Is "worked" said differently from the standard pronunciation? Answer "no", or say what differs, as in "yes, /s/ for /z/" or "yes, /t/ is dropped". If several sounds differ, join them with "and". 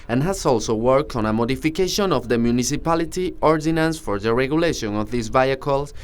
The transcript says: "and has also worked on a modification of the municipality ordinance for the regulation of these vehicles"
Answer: no